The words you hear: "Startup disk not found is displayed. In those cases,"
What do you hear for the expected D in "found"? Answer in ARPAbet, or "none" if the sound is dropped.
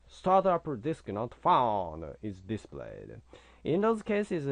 none